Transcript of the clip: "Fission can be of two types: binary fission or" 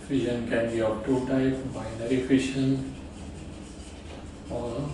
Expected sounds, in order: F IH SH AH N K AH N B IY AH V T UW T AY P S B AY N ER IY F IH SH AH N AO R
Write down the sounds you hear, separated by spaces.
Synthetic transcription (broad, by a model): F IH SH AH N K AH N B IY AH P T UW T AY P B AY N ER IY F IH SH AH N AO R